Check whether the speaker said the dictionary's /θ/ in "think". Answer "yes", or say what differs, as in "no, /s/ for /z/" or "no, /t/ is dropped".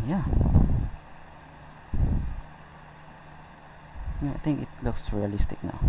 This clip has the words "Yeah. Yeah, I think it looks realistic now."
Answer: no, /t/ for /θ/